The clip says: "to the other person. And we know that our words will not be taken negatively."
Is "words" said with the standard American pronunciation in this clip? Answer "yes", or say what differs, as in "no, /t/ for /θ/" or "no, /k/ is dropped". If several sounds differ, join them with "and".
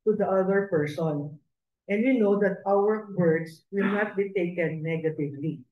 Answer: no, /s/ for /z/